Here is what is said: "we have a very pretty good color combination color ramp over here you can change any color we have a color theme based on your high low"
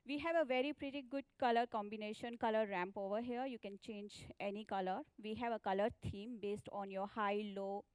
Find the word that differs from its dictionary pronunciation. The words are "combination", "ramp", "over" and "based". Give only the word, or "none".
none